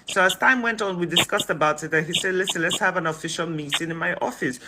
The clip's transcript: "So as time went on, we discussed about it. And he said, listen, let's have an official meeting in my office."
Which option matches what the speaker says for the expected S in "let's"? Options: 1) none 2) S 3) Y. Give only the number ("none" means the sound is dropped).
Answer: 2